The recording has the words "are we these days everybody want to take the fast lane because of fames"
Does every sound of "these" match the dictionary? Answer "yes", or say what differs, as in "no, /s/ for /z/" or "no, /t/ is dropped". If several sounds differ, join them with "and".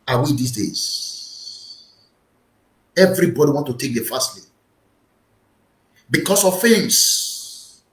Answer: no, /s/ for /z/